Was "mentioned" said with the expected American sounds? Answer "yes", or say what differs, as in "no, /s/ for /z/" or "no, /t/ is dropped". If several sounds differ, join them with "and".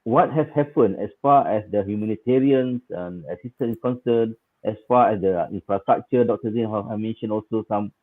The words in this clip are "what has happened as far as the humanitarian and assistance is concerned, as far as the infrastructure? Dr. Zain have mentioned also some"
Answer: no, /d/ is dropped